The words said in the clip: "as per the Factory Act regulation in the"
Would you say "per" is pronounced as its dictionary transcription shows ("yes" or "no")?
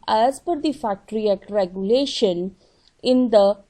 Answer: no